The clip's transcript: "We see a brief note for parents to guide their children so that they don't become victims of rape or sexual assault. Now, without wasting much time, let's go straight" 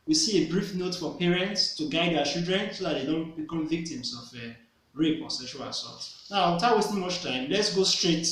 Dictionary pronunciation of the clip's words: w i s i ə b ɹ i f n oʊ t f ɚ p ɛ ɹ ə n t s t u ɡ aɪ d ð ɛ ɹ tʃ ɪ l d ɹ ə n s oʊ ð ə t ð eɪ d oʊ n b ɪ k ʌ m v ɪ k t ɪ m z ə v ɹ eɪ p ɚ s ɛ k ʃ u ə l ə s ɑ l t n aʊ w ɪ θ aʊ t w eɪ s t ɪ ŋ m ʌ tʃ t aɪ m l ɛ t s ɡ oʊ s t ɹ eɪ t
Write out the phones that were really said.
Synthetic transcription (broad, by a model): w i s i ə b ɹ i f n oʊ t f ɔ p ɛ ɹ ə n t s t u ɡ aɪ d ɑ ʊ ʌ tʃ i l d ɹ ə n s oʊ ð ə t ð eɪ d oʊ n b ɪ k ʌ m v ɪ k t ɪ m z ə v ɹ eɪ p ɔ s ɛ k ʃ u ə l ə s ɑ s n aʊ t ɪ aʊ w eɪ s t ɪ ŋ m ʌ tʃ t aɪ m l ɛ t s ɡ oʊ s t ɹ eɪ t